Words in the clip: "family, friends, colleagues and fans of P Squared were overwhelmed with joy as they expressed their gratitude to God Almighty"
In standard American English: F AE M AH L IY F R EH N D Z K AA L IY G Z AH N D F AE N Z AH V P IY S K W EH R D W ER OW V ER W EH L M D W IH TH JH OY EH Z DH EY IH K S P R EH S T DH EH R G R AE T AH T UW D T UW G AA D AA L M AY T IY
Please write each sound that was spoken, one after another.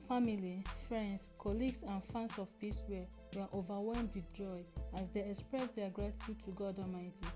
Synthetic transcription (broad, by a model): F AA M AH L IY F R EH N D S K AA L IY G S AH N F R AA N S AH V P IY S W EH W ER OW V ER W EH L M D W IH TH JH OY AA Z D EY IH K S P R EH S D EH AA G R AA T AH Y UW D T UW G AA D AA M AY T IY